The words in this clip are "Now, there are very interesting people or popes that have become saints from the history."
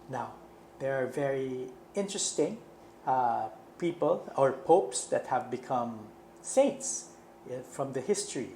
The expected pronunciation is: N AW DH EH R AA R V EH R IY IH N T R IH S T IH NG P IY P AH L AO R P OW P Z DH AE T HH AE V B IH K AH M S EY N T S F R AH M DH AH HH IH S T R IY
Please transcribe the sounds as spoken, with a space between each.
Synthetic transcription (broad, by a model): N AW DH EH R AA R V EH R IY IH N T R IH S T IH NG P IY P AH L AO R P OW P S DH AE T HH AE V B IH K AH M S EY N T S F R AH M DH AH HH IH S T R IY